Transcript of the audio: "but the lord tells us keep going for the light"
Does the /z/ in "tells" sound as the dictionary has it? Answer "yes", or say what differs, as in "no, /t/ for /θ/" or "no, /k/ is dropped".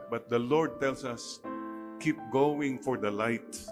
no, /s/ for /z/